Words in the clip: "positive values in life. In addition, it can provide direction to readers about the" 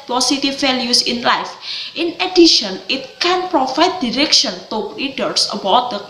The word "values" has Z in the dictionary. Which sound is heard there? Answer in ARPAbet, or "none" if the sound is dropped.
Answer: S